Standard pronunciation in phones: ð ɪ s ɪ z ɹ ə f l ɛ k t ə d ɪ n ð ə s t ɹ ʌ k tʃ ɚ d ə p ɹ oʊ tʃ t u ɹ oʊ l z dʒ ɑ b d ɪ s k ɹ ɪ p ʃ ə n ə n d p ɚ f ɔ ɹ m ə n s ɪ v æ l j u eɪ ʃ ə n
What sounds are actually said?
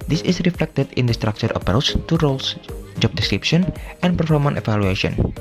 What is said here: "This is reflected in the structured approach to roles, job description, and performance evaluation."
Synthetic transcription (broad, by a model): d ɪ s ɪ s ɹ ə f l ɛ k t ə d ɪ n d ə s t ɹ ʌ k tʃ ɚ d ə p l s t u ɹ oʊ l s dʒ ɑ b d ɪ s k ɹ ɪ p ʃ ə n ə n p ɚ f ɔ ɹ m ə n ɪ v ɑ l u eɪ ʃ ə n